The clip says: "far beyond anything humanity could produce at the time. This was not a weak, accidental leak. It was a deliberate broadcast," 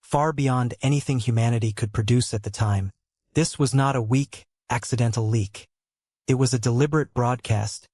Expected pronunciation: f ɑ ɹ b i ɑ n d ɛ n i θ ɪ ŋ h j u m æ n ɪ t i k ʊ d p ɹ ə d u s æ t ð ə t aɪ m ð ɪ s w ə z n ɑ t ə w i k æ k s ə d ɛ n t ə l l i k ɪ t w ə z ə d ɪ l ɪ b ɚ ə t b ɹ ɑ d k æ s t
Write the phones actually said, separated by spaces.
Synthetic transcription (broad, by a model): f ɑ ɹ b i ɑ n d ɛ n i θ ɪ ŋ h j u m æ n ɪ t i k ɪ d p ɹ ə d u s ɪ t ð ə t aɪ m ð ɪ s w ə z n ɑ t ə w i k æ k s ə d ɛ n t l l i k ɪ t w ə z ə d ɪ l ɪ b ɚ ə t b ɹ ɑ d k æ s t